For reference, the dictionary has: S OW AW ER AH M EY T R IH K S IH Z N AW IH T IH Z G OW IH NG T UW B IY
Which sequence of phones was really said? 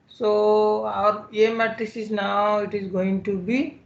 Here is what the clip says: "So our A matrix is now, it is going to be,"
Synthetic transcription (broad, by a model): S OW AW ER AH M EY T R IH S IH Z N AW IH T IH Z G OW IH NG T UW B IY